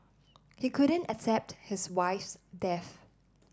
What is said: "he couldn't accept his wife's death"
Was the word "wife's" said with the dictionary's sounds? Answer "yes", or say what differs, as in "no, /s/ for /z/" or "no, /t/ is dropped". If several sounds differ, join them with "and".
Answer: yes